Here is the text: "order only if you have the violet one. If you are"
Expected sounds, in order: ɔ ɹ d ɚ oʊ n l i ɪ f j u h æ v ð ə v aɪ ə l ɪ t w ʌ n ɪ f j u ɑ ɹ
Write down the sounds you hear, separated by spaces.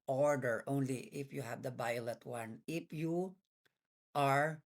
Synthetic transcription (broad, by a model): ɔ ɹ d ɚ oʊ n l i ɪ f j u h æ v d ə b aɪ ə l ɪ t w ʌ n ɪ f j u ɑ ɹ